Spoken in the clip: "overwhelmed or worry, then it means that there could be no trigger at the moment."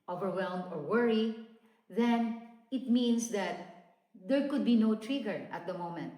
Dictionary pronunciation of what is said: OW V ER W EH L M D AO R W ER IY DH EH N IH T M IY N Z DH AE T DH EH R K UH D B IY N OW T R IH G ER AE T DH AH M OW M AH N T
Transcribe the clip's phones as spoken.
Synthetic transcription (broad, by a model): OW V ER W EH L M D AO R W ER IY DH EH N IH T M IY N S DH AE T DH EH R K UH D B IY N OW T R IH G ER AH T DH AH M OW M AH N T